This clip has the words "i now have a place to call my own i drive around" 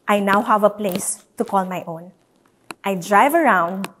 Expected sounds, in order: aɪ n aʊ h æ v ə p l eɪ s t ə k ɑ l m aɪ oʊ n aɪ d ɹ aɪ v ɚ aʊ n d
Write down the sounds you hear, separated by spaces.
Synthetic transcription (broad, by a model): aɪ n aʊ h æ v ə p l eɪ s t ə k ɑ l m aɪ oʊ n aɪ d ɹ aɪ v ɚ aʊ n d